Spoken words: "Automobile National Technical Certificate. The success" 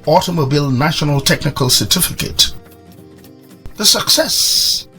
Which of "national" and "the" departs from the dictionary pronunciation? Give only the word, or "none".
none